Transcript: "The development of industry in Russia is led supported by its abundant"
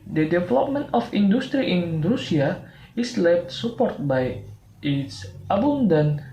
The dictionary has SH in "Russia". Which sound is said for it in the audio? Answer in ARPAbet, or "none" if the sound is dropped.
S